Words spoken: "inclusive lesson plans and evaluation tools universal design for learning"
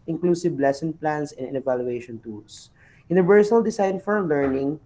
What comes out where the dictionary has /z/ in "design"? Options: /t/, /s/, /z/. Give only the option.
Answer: /s/